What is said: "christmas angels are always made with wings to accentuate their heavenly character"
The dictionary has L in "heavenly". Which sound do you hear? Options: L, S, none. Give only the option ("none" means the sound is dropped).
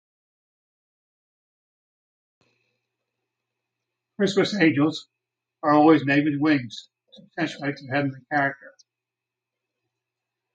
none